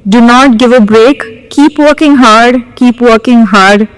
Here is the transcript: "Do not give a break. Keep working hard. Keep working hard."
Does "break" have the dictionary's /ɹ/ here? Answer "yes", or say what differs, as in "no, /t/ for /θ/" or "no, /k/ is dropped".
yes